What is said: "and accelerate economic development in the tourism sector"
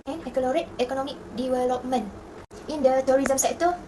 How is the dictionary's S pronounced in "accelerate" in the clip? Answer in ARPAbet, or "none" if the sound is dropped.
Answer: none